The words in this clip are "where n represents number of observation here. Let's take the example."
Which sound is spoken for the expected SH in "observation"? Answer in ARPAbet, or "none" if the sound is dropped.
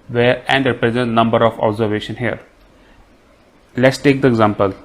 SH